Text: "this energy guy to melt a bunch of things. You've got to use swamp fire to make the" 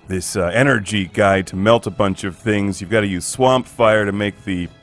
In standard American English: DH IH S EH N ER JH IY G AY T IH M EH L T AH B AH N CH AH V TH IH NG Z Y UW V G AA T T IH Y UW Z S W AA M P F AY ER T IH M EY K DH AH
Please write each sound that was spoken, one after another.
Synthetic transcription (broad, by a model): DH IH S EH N ER JH IY G AY T IH M EH L T AH B AH N CH AH V TH IH NG Z Y UW V G AA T T IH Y UW Z S W AA M P F AY ER T IH M EY K DH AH